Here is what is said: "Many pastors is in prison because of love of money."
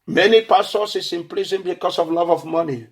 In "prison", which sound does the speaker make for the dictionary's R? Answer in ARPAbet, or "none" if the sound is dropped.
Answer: L